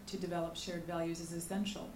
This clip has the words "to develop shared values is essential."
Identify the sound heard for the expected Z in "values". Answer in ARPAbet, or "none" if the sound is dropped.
Z